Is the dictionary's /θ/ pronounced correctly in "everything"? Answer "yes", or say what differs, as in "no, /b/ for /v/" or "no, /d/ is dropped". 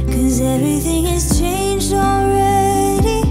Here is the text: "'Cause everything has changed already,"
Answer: yes